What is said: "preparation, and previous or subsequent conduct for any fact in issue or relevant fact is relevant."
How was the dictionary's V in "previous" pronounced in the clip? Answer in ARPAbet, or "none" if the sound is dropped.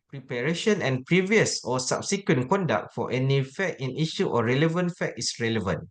V